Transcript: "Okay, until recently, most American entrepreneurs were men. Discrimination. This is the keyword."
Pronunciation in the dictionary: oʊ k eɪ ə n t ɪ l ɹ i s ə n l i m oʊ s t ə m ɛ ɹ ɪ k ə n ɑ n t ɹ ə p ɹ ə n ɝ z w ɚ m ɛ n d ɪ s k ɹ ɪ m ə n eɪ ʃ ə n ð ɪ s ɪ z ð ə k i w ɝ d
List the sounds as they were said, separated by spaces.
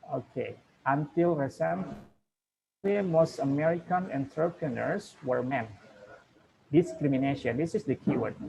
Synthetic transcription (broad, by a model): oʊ k eɪ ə n t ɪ l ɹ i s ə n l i m oʊ s t ə m ɛ ɹ ɪ k ə n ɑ n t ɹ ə p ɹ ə n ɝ s w ɚ m ɛ n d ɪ s k ɹ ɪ m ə n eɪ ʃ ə n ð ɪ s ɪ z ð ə k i w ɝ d